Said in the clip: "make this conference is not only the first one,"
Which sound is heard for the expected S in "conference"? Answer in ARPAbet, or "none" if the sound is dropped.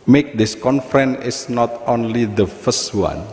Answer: none